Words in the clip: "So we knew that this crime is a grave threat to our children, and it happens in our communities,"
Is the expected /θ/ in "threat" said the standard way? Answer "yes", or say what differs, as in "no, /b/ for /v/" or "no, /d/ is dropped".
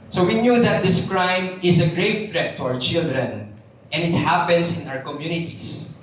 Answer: no, /t/ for /θ/